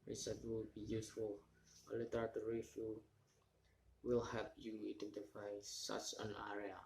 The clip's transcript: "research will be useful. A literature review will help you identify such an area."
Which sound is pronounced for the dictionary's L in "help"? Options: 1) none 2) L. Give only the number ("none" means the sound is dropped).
1